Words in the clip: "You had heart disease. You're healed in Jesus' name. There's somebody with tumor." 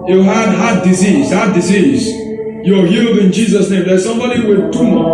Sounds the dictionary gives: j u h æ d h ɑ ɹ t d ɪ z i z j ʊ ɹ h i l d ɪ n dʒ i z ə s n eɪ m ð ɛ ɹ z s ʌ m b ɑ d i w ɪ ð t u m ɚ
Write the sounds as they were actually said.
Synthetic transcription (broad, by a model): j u h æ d h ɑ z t d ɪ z i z j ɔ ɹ h i l d ɪ n dʒ i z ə s n eɪ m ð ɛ s ʌ m b ɑ d i w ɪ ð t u m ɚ